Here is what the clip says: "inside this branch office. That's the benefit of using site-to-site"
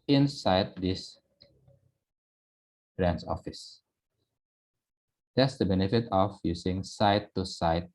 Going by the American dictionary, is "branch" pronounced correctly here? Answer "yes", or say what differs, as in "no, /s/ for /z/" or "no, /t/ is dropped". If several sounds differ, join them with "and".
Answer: no, /s/ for /tʃ/